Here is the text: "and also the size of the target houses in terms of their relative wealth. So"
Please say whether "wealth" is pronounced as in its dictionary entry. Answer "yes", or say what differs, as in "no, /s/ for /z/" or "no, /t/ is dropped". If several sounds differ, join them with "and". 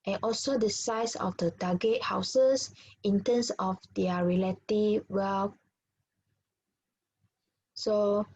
no, /f/ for /θ/